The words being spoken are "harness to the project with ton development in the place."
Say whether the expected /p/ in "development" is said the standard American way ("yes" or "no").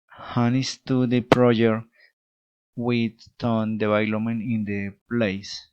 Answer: no